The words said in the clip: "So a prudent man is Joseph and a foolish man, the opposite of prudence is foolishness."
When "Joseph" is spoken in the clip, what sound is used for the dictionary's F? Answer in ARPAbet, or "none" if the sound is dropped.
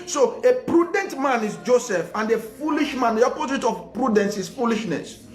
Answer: F